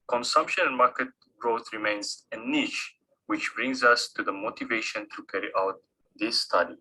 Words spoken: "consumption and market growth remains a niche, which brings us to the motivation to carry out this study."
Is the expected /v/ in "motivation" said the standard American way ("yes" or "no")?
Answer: yes